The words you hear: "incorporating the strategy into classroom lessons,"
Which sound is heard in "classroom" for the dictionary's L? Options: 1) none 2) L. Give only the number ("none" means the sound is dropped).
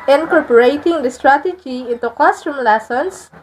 1